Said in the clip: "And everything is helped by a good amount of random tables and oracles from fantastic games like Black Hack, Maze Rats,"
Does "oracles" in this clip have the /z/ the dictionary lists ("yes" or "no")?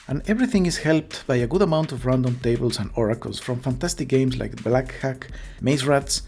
no